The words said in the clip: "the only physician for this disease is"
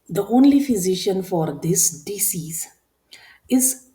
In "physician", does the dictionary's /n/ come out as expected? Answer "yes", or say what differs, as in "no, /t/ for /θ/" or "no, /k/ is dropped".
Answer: yes